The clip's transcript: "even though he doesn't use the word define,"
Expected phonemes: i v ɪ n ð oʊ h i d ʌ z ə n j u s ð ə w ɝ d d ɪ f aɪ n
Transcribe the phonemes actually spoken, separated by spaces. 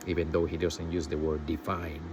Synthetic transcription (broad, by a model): i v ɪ n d oʊ h i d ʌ s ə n j u s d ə w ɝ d d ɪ f aɪ n